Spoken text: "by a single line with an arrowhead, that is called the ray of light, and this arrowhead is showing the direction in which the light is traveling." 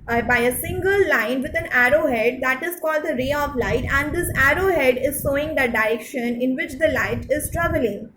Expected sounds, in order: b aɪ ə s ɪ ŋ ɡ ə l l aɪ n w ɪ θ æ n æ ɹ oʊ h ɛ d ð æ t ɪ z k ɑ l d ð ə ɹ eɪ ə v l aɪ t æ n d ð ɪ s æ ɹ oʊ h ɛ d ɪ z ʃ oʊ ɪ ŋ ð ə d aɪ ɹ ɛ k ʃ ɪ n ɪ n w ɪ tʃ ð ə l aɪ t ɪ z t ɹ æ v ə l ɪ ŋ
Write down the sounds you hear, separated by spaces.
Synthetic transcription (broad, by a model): b aɪ ə s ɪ ŋ ɡ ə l l aɪ n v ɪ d æ n æ ɹ oʊ h ɛ d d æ t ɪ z k ɑ l d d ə ɹ eɪ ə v l aɪ t æ n d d ɪ s æ ɹ oʊ h ɛ d ɪ z s oʊ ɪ ŋ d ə d aɪ ɹ ɛ k ʃ ɪ n ɪ n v ɪ tʃ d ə l aɪ t ɪ z t ɹ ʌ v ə l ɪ ŋ